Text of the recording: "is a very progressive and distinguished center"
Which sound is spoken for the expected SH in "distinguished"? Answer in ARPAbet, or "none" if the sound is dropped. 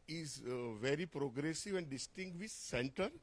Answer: none